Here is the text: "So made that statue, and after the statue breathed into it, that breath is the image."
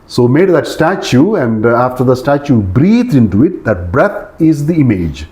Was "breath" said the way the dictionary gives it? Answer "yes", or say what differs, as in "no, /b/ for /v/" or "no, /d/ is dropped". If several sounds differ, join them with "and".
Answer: no, /t/ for /θ/